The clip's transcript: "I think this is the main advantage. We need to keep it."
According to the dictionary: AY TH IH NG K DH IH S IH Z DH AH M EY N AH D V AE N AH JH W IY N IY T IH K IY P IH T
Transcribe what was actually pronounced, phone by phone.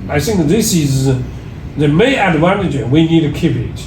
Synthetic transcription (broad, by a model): AY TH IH NG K DH IH S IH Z DH AH M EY AH D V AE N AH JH W IY N IY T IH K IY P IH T